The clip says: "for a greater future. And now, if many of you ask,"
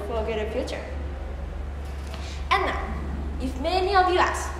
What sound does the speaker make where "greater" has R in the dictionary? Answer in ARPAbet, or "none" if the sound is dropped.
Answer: none